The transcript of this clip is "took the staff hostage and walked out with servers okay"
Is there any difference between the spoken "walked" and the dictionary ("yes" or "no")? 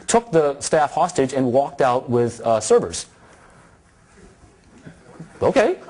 no